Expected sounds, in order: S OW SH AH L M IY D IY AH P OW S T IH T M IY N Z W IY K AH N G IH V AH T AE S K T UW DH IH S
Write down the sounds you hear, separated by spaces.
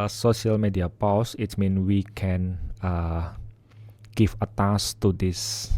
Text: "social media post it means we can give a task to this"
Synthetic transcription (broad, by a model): S OW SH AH L M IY D IY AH P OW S IH T M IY N W IY K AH N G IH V AH T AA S T UW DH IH S